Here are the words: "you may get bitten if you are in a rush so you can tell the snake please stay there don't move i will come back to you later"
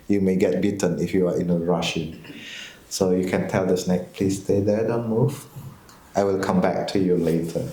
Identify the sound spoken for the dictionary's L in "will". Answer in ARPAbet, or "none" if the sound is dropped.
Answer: L